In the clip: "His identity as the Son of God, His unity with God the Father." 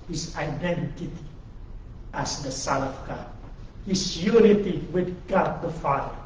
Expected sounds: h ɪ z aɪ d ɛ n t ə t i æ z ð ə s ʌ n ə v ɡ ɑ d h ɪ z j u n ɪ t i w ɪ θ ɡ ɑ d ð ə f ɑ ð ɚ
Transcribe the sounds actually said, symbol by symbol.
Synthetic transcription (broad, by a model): h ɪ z aɪ d ɛ n t ə t i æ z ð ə s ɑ l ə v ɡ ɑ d h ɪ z j u n ɪ t i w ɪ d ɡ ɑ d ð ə f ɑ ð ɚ